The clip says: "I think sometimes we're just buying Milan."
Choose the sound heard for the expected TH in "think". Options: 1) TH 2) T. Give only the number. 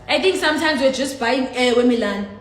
2